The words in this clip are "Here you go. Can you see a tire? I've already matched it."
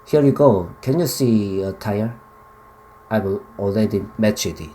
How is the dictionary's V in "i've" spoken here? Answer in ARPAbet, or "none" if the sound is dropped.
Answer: W